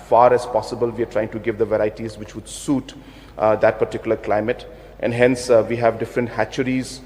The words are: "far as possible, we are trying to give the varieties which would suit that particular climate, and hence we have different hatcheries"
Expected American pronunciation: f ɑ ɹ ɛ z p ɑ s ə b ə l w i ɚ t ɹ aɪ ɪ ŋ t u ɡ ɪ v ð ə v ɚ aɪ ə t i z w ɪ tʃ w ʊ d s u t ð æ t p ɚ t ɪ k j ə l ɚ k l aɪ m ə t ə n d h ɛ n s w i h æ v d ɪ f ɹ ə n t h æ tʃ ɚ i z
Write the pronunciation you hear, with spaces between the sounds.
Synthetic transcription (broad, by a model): f ɑ ɹ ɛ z p ɑ s ə b ə l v i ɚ t ɹ aɪ ɪ ŋ t u ɡ ɪ v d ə v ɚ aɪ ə t i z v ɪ tʃ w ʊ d s u t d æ t p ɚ t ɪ k j l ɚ k l aɪ m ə t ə n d h ɛ n s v i h æ v d ɪ f ɹ ə n t h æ tʃ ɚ i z